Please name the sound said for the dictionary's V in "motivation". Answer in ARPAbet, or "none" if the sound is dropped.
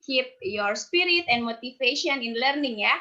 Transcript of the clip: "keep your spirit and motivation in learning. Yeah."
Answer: F